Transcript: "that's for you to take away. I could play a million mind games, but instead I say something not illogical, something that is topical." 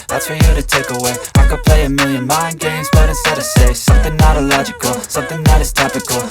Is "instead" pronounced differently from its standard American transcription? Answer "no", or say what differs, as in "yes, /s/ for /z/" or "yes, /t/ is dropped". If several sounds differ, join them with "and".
yes, /n/ is dropped